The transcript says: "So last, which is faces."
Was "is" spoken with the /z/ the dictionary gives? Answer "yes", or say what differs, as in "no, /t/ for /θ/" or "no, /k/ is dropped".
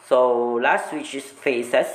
no, /s/ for /z/